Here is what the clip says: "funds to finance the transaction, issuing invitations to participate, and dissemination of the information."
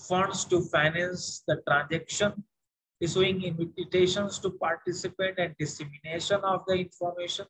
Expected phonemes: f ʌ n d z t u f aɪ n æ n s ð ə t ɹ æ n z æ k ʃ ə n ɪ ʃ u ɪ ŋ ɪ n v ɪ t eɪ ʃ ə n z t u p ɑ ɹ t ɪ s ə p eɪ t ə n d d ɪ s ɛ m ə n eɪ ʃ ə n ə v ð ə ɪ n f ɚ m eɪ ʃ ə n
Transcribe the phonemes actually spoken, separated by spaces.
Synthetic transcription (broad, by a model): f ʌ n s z t u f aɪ n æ n s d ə t ɹ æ n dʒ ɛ k ʃ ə n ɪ s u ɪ ŋ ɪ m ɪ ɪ t eɪ ʃ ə n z t u p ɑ ɹ t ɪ s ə p eɪ t ə n d d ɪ s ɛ m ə n eɪ ʃ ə n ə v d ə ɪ n f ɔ m eɪ ʃ ə n